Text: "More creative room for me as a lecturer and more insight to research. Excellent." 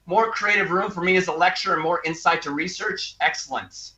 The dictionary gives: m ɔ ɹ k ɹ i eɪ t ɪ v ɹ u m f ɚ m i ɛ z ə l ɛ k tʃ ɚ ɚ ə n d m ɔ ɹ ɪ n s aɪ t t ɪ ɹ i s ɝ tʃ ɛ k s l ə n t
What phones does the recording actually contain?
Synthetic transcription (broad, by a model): m ɔ ɹ k ɹ i eɪ t ɪ v ɹ u m f ɚ m i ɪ z ə l ɛ k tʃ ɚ ɚ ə n m ɔ ɹ ɪ n s aɪ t t ɪ ɹ i s ɝ tʃ ɛ k s l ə n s